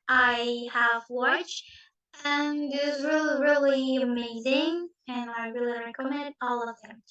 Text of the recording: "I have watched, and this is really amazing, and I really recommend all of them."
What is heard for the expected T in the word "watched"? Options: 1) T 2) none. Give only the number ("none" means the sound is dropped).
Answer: 2